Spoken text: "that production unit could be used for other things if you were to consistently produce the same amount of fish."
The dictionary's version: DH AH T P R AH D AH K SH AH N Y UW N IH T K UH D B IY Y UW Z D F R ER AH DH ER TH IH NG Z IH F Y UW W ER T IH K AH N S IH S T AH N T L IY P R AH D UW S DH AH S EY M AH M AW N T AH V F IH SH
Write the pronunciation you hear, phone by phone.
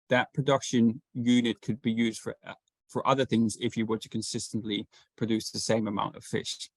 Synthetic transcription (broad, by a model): DH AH T P R AH D AH K SH AH N Y UW N IH T K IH D B IY Y UW Z D F R ER AH DH ER TH IH NG Z IH F Y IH W ER T IH K AH N S IH S T AH N T L IY P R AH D UW S DH AH S EY M AH M AW N T AH V F IH SH